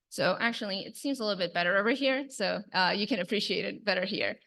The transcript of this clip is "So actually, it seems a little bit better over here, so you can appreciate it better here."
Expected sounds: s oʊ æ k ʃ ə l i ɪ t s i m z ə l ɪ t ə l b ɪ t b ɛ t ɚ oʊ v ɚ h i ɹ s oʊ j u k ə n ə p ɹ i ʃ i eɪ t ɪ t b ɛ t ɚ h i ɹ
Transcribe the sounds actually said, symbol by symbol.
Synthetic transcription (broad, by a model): s oʊ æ k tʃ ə l i ɪ t s i m z ə l ɪ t l b ɪ t b ɛ t ɚ oʊ v ɚ h i ɹ s oʊ j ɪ k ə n ə p ɹ i ʃ i eɪ t ɪ t b ɛ t ɚ h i ɹ